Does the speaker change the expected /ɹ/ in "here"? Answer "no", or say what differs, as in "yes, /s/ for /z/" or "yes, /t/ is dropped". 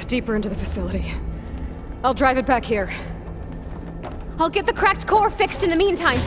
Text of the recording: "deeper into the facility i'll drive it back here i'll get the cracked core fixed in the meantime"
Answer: no